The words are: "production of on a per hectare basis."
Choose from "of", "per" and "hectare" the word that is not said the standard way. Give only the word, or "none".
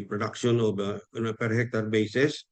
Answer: of